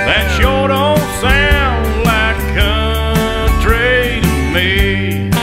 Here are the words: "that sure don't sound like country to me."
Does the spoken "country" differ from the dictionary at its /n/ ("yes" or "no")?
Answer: yes